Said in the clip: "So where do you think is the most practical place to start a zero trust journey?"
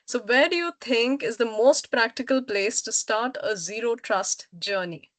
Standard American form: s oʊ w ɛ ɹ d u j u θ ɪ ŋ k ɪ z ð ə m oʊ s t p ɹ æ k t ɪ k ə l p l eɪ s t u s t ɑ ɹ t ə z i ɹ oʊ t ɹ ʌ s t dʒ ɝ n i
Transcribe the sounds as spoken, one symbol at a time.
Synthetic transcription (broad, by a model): s oʊ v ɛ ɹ d u j u t ɪ ŋ k ɪ z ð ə m oʊ s t p ɹ æ k t ɪ k ə l p l eɪ s t u s t ɑ ɹ t ə z i ɹ oʊ t ɹ ʌ s t dʒ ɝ n i